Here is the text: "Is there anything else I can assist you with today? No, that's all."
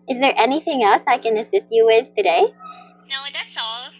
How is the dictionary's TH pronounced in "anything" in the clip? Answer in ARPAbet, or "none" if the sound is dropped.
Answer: TH